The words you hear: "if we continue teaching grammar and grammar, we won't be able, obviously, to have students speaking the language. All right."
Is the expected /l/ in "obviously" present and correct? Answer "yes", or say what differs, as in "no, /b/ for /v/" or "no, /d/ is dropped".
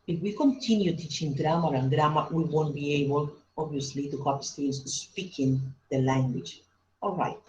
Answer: yes